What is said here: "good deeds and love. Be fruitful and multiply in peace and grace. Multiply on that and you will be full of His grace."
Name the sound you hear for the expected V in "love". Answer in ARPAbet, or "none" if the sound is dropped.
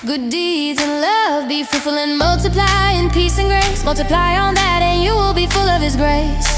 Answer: V